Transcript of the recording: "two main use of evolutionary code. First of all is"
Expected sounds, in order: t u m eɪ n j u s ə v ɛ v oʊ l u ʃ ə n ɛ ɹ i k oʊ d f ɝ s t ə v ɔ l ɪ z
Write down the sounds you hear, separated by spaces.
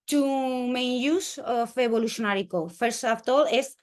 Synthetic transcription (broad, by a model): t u m eɪ n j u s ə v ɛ b oʊ l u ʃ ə n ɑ ɹ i k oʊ f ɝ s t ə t ɔ l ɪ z